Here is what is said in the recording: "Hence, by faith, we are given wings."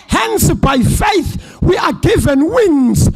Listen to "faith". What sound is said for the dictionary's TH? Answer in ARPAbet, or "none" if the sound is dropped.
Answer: TH